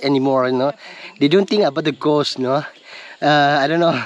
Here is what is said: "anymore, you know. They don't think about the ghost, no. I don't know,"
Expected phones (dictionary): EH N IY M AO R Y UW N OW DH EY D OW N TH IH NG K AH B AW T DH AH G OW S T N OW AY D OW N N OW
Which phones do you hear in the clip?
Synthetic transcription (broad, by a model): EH N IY M AO R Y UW N OW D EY D OW N T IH NG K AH B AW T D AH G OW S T N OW AY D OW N N OW